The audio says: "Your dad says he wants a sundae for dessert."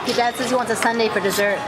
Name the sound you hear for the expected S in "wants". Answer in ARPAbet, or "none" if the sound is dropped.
none